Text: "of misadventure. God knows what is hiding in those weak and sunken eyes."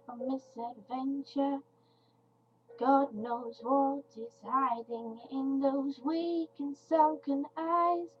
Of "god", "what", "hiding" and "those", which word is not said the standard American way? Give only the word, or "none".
none